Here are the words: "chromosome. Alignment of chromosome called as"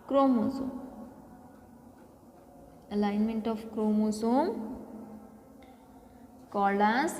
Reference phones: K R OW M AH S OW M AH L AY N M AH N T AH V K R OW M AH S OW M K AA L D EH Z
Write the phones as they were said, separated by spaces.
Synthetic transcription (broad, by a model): K R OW M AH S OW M AH L AY N M AH N T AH P K R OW M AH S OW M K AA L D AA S